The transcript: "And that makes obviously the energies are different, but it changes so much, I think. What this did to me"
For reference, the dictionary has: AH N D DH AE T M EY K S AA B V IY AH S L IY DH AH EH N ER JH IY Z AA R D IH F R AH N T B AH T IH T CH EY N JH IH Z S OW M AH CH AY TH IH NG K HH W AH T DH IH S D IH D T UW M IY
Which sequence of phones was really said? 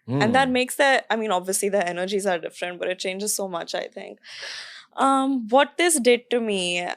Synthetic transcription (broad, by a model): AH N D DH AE T M EY K S AA B V IY AH S L IY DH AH EH N ER JH IY Z AA R D IH F R AH N T B AH T IH T CH EY N JH IH Z S OW M AH CH AY T IH NG K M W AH T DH IH S D IH D T UW M IY